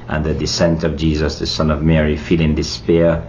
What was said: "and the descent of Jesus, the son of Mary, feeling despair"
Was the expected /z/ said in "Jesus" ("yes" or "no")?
yes